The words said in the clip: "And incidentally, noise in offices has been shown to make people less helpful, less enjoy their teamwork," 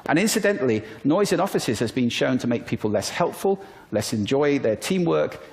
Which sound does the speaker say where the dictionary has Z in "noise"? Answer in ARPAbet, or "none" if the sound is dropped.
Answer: Z